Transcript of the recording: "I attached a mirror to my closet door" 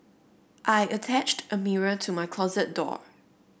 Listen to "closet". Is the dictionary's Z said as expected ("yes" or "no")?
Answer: yes